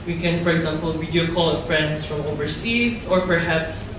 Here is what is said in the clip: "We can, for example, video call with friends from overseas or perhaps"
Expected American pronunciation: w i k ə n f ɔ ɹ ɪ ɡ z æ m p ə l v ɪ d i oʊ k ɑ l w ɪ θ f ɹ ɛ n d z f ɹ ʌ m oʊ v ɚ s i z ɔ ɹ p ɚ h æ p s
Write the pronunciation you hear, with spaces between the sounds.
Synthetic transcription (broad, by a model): w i k ə n f ɔ ɹ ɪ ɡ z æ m p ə l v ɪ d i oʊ k ɑ l f ɹ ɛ n d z f ɹ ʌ m oʊ v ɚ s i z ɔ ɹ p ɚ h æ p s